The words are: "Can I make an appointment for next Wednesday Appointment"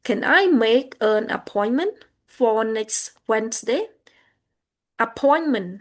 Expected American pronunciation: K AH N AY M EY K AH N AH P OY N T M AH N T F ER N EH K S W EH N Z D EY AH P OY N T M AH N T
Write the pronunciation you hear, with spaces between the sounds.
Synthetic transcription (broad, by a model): K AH N AY M EY K AH N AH P OY N M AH N T F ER N EH K S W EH N S D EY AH P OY N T M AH N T